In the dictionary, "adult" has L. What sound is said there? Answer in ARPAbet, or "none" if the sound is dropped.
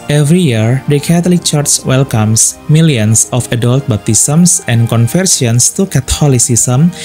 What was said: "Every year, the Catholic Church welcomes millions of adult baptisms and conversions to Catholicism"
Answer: L